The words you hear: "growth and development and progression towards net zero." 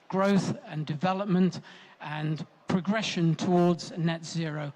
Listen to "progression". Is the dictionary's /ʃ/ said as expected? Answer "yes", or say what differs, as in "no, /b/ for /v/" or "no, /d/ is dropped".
yes